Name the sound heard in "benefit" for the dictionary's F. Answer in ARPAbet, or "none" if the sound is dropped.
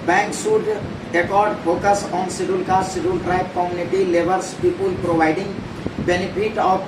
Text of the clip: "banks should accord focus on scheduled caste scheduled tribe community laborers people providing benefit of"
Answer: P